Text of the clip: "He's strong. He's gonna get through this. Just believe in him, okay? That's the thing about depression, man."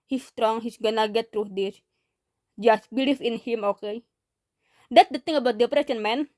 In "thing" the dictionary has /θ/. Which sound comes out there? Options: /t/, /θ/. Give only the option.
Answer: /t/